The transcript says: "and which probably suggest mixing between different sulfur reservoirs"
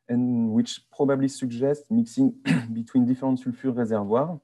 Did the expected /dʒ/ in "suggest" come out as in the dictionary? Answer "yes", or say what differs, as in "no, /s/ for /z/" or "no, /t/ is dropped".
no, /ʒ/ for /dʒ/